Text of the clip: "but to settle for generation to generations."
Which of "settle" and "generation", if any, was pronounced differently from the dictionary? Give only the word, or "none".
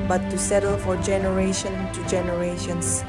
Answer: none